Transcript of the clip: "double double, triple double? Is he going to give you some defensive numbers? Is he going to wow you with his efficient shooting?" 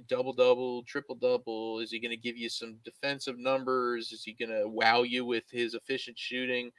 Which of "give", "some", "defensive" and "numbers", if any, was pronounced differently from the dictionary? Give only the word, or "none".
none